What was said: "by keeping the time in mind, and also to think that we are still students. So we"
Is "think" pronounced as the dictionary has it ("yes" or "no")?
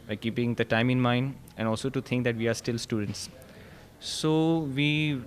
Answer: no